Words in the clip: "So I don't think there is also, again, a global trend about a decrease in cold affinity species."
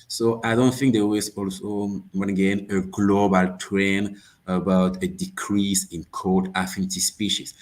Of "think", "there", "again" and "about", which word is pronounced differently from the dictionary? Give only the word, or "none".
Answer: there